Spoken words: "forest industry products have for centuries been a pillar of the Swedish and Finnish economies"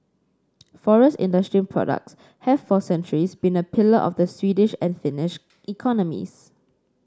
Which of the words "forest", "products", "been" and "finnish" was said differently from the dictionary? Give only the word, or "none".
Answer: none